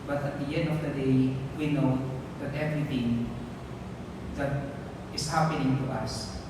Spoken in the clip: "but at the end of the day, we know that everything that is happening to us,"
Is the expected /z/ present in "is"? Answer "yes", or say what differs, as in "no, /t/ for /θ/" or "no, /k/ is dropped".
no, /s/ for /z/